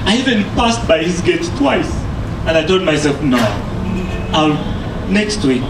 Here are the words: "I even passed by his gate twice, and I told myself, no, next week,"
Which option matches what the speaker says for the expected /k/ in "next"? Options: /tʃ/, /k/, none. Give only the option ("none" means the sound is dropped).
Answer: /k/